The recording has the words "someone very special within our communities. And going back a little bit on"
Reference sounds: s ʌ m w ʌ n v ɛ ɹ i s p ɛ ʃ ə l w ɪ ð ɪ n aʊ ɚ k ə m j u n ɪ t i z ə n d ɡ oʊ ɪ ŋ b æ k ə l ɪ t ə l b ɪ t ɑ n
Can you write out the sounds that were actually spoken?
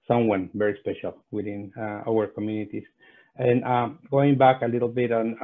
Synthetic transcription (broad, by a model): s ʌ m w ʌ n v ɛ ɹ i s p ɛ ʃ ə l w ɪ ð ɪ n aʊ ɚ k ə m j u n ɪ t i s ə n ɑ ɡ oʊ ɪ ŋ b æ k ə l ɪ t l b ɪ t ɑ n